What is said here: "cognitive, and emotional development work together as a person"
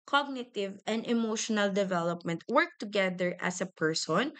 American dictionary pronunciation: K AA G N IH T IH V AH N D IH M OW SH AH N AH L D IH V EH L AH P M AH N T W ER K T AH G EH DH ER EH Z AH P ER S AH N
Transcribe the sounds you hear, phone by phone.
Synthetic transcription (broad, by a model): K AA G N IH T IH V AH N D IH M OW SH AH N AH L D IH V EH L AH P M AH N T W ER K T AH G EH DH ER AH S AH P ER S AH N